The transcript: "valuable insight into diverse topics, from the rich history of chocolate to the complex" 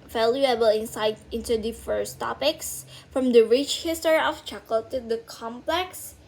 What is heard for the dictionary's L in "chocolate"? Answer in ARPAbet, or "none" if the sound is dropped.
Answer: none